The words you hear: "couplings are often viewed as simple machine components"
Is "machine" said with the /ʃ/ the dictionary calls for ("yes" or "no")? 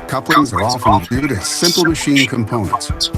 yes